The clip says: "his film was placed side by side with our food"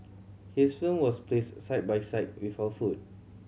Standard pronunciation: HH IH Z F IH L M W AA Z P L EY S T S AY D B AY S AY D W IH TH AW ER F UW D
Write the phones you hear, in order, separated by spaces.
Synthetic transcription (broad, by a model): HH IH S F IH M W AA S P L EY S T S AY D B AY S AY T W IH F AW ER F UW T